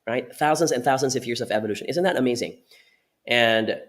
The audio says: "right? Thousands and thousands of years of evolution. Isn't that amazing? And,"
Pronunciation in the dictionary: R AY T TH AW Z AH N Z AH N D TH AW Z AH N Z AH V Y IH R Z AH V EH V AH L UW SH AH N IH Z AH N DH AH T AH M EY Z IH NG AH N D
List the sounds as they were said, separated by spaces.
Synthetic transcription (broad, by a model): R AY T TH AW Z AH N Z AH N TH AW Z AH N Z AH V Y IH R Z AH V EH V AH L UW SH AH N IH Z AH N DH AH T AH M EY Z IH NG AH N